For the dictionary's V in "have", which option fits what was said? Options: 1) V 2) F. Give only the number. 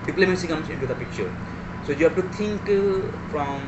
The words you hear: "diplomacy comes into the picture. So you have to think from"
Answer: 2